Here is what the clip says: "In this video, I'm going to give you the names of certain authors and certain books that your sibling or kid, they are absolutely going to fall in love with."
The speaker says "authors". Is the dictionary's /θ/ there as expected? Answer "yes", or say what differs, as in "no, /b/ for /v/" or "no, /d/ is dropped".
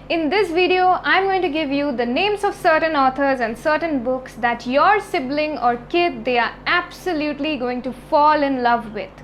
no, /t/ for /θ/